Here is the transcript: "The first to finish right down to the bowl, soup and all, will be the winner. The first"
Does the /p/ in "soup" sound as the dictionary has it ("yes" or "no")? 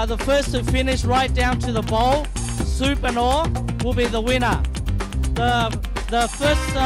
yes